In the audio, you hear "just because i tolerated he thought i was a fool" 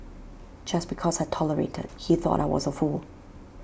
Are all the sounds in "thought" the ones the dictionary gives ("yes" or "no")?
yes